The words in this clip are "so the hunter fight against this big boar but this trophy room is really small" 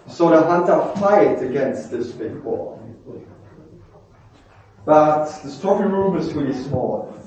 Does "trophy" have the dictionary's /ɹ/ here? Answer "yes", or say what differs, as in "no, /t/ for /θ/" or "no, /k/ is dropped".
no, /ɹ/ is dropped